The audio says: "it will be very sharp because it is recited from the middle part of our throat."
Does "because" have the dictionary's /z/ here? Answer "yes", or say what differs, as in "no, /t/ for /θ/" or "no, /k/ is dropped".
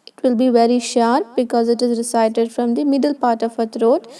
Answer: yes